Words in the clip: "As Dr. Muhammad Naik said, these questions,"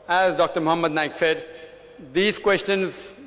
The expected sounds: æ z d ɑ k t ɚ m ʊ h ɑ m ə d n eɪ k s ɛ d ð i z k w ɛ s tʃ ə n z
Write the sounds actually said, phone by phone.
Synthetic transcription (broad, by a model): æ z d ɑ k t ɚ m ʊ h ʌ m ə d n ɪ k s ɛ d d i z k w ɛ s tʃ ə n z